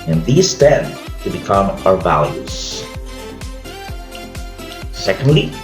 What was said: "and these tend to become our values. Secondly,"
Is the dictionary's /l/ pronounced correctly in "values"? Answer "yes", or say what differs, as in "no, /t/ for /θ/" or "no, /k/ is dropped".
yes